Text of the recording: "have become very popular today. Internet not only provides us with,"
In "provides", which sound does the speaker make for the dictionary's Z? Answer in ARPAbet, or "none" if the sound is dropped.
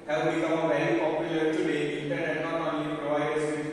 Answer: none